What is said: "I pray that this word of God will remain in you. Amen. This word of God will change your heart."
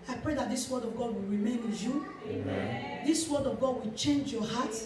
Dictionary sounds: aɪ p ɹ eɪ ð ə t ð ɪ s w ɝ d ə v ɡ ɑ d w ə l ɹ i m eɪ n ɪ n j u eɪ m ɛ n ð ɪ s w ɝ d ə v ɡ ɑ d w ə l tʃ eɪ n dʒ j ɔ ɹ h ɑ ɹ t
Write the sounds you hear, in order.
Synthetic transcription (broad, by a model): aɪ p ɹ eɪ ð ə t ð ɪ s w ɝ d ə v ɡ ɑ d w ə l ɹ i m eɪ n ɪ n j u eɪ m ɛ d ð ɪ s w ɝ d ə v ɡ ɑ d w ə l tʃ eɪ n dʒ j ɔ h ɑ t